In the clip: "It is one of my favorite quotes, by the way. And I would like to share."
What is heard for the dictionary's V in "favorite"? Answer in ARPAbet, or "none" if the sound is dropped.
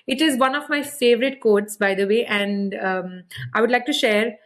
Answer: V